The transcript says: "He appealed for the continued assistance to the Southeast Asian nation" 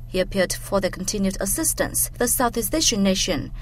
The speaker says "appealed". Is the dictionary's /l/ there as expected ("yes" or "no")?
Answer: no